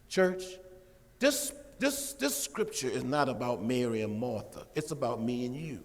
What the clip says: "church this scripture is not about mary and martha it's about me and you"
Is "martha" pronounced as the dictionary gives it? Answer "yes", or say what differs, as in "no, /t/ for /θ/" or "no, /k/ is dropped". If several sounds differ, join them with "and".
yes